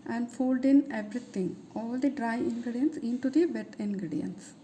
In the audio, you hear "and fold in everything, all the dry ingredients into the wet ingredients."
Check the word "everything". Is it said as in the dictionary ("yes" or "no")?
no